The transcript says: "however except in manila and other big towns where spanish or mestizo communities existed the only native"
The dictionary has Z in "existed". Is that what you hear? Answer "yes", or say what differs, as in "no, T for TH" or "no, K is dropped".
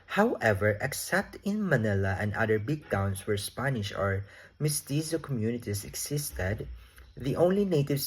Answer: no, S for Z